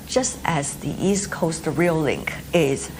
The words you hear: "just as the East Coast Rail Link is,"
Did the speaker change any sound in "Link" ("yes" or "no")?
no